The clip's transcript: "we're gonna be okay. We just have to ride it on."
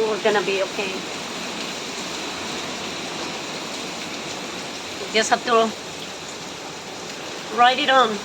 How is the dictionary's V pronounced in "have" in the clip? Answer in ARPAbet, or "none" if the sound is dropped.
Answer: B